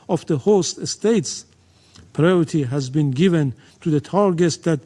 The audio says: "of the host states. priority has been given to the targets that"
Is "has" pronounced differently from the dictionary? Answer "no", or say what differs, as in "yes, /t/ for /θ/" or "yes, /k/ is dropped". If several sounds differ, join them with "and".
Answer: no